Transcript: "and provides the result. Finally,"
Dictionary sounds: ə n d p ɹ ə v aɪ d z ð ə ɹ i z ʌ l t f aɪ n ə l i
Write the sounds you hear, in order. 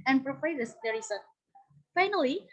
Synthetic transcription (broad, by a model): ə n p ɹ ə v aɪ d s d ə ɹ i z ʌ t f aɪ n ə l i